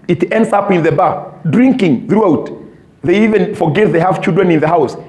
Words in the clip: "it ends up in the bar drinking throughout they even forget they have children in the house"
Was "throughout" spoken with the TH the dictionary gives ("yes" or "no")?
yes